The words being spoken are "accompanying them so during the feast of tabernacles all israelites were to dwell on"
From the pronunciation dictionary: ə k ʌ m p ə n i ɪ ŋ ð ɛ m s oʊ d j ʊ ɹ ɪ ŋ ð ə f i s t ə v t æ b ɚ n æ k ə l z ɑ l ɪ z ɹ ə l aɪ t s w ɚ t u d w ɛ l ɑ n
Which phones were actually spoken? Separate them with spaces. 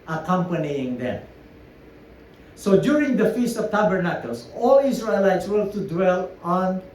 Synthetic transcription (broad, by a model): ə k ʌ m p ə n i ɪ ŋ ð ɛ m s oʊ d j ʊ ɹ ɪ ŋ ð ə f i s t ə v t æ b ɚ n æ k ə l s ɑ l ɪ s ɹ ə l aɪ t s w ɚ t u d w ɛ l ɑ n